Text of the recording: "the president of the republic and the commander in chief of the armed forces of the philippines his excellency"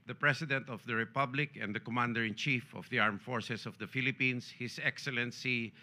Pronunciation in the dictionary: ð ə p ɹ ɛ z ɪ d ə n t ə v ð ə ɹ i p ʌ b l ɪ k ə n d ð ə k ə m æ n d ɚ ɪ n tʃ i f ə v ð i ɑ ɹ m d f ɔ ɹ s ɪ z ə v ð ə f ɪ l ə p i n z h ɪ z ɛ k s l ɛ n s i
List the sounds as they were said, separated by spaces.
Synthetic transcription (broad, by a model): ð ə p ɹ ɛ s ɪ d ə n t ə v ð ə ɹ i p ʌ b l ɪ k ə n d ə k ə m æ n d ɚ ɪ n tʃ i f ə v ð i ɑ ɹ m f ɔ ɹ s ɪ s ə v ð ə f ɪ l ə p i n s h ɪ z ɛ k s l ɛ n s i